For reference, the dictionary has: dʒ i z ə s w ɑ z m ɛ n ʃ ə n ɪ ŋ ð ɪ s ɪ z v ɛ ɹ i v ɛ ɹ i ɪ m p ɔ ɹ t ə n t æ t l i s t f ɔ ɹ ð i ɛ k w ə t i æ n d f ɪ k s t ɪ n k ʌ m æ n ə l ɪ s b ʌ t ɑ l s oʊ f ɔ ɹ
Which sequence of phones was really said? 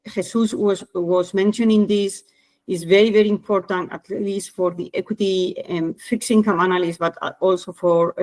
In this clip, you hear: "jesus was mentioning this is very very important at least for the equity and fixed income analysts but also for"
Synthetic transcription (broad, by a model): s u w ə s w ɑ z m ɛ n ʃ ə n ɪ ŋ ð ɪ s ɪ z v ɛ ɹ i v ɛ ɹ i ɪ m p ɔ ɹ t ə n t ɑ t l i s t f ɔ ɹ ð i ɛ k w ə t i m f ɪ k s ɪ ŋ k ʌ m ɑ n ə l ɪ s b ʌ t ɑ l s oʊ f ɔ ɹ